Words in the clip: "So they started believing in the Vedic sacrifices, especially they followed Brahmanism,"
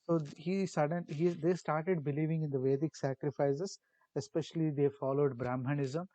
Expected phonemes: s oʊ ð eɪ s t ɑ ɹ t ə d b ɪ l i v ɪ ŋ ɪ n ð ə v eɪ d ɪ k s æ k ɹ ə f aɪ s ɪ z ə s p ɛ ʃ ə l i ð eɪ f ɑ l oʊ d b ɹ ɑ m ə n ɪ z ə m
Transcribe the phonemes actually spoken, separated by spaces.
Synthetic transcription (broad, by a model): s oʊ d eɪ s t ɑ ɹ t ə d b ɪ l i v ɪ ŋ ɪ n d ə v eɪ d ɪ k s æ k ɹ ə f aɪ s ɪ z ə s p ɛ ʃ ə l i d eɪ f ɑ l oʊ d b ɹ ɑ m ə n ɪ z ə m